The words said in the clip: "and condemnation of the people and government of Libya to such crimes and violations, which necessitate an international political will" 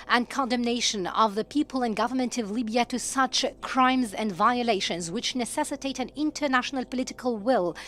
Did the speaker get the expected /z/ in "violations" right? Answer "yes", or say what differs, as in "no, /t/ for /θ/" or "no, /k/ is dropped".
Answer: yes